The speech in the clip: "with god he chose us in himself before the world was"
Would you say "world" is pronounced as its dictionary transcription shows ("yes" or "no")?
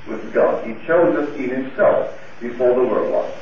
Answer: no